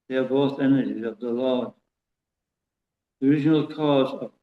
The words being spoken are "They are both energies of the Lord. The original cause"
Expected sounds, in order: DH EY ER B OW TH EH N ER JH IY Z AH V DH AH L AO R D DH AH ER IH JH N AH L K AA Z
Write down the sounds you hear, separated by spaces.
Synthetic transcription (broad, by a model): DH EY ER B OW TH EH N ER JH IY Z AH V DH AH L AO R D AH ER IH JH N AH L K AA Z